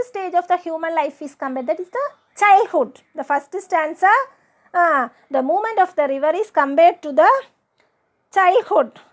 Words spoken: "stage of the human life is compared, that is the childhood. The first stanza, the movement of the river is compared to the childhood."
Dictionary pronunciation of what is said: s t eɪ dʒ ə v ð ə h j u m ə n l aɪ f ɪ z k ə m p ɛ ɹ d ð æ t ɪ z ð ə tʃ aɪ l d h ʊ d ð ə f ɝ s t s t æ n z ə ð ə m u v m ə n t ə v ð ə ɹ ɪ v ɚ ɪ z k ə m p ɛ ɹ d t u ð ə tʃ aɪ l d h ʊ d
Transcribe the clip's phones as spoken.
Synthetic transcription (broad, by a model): s t eɪ dʒ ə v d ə h j u m ə n l aɪ f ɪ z k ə m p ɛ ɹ d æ t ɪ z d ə tʃ aɪ l d h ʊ d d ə f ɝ s t s t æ n s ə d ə m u m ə n t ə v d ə ɹ ɪ v ɚ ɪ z k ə m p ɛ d t u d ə tʃ aɪ l d h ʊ d